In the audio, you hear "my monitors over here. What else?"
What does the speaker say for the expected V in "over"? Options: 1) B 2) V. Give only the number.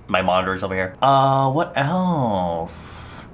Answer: 1